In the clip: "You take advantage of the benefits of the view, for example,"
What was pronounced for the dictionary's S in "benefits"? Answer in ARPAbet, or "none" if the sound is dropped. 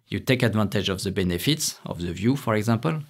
S